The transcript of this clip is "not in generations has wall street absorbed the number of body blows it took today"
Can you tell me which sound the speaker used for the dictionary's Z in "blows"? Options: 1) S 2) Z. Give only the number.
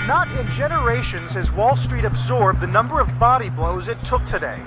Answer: 2